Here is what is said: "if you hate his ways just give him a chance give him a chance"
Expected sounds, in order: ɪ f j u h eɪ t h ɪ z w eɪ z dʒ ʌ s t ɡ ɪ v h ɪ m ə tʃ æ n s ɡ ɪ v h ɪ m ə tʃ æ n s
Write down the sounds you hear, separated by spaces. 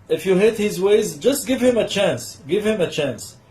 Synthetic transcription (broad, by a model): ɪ f j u h eɪ t h ɪ z w eɪ z dʒ ʌ s t ɡ ɪ v h ɪ m ə tʃ æ n s ɡ ɪ v h ɪ m ə tʃ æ n s